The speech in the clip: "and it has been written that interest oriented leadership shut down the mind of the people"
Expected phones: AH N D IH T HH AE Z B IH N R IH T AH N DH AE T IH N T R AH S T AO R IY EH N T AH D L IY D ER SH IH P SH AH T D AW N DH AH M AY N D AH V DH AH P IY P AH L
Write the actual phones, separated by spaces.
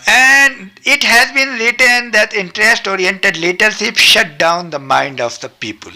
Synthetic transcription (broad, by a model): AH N D IH T HH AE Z B IH N R IH T AH N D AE T IH N T R AH S T AO R IY EH N T AH D L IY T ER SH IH P SH AH T D AW N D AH M AY N D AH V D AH P IY P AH L